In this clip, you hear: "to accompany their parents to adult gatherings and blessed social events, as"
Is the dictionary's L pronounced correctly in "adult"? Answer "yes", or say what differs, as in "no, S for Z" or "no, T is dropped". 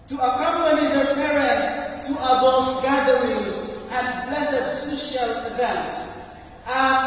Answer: no, L is dropped